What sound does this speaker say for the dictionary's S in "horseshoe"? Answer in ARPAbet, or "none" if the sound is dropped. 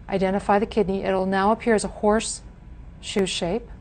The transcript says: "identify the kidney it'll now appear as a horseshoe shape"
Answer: S